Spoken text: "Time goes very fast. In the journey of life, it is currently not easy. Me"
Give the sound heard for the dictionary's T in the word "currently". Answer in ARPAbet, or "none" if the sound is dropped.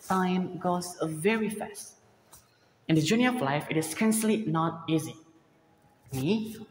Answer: S